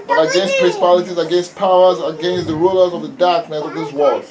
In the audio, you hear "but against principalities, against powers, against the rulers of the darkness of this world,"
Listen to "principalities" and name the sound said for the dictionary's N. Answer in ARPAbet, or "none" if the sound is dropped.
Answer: none